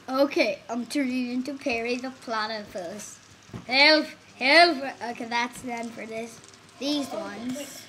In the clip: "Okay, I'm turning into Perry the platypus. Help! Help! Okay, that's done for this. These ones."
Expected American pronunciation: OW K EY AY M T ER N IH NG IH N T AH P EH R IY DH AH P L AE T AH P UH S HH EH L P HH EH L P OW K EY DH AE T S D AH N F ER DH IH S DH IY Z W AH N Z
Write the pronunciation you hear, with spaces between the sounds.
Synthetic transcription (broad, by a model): OW K EY AY M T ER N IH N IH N T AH P EH R IY DH AH P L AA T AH F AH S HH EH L F HH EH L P OW K EY DH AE T S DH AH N F ER DH IH S DH IY Z W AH N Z